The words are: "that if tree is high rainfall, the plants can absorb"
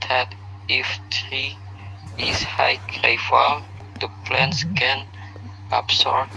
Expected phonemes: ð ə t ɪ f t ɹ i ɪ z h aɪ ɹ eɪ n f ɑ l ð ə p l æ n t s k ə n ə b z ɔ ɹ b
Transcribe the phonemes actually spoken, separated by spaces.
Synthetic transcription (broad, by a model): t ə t ɪ f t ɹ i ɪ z h aɪ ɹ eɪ f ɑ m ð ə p l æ n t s k ə n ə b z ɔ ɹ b